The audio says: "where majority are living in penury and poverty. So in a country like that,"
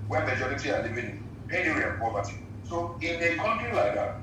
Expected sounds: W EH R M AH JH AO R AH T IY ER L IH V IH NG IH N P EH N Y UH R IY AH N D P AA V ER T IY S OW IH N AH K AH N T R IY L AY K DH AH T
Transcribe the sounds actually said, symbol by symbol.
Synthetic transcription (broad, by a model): W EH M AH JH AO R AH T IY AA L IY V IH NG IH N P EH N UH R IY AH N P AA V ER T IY S OW IH N AH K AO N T IY L AY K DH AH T